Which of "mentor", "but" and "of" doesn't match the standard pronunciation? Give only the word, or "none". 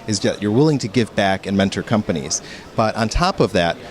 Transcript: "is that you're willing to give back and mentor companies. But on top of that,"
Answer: none